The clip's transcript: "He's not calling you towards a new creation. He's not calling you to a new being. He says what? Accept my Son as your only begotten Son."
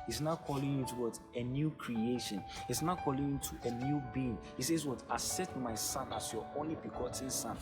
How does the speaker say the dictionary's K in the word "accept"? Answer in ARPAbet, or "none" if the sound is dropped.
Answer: none